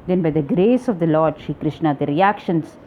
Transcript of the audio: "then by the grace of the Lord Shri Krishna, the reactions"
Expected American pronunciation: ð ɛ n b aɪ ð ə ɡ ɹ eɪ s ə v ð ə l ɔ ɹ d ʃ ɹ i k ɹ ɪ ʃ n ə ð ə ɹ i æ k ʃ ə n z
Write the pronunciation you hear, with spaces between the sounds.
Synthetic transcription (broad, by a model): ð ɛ n b aɪ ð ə ɡ ɹ eɪ s ə v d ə l ɔ ɹ d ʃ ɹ i k ɹ ɪ ʃ n ə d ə ɹ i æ k ʃ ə n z